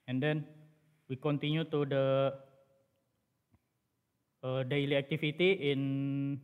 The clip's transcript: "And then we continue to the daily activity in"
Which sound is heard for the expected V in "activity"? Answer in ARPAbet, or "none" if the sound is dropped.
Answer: F